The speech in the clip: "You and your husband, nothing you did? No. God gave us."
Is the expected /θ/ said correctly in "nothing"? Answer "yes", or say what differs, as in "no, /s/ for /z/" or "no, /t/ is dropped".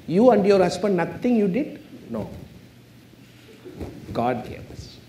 no, /t/ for /θ/